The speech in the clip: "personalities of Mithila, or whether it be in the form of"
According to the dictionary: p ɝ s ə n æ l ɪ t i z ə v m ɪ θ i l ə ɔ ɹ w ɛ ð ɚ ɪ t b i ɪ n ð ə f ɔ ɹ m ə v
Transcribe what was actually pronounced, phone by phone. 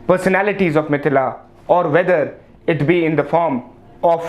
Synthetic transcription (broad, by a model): p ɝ s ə n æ l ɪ t i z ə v m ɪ t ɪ l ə ɔ ɹ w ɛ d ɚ ɪ t b i ɪ n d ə f ɔ ɹ m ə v